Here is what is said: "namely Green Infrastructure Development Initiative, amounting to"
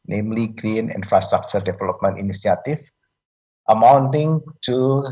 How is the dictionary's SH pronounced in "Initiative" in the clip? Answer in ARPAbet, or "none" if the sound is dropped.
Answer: S